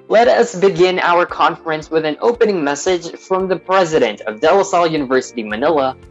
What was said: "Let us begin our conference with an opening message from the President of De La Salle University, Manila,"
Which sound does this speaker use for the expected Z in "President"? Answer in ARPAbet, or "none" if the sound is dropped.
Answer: Z